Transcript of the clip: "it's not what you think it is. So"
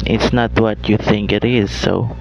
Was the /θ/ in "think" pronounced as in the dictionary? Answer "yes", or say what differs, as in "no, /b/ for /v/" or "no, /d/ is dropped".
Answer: yes